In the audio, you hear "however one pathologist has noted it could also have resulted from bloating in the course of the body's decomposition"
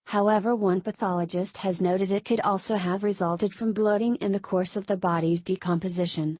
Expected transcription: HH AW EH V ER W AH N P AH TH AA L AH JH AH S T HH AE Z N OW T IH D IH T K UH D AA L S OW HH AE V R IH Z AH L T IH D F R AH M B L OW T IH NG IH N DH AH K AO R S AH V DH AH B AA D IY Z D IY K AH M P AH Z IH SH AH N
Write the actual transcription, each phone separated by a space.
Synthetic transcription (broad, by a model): HH AW EH V ER W AH N P AH TH AA L AH JH AH S T HH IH Z N OW T IH D IH T K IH D AA L S OW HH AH V R IH Z AH L T IH D F R AH M B L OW T IH NG IH N DH AH K AO R S AH V DH AH B AA D IY Z D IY K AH M P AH Z IH SH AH N